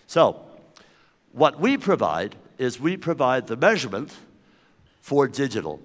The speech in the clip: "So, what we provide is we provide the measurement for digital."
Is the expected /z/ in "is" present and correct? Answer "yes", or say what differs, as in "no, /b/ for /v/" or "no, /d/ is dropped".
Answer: yes